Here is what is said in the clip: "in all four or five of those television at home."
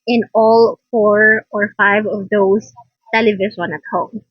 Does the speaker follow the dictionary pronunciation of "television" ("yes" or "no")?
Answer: no